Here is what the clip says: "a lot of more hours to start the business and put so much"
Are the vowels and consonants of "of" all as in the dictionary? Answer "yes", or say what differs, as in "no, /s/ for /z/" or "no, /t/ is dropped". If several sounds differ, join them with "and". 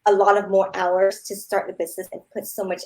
yes